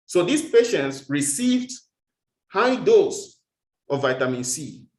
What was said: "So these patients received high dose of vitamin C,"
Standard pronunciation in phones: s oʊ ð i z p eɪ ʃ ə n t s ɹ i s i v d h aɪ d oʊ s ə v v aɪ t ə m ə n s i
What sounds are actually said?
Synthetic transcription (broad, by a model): s oʊ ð i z p eɪ ʃ ə n t s ɹ i s i v d h aɪ d oʊ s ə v v aɪ t ə m ə n s i